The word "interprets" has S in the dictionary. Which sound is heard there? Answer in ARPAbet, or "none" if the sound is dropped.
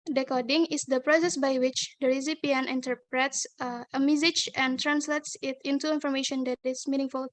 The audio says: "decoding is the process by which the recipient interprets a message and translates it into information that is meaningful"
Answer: S